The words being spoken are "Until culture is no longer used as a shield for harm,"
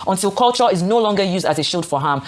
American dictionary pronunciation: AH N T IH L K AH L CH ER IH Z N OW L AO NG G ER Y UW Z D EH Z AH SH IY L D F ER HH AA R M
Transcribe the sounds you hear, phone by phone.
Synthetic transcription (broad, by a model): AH N T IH L K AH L CH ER IH Z N OW L AO NG G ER Y UW Z D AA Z AH SH IY L D F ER HH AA M